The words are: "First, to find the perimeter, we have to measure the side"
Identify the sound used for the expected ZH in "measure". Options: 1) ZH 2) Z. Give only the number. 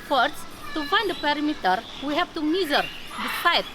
2